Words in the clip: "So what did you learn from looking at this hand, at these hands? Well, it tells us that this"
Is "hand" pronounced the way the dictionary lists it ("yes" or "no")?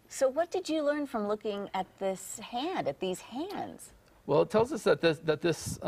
yes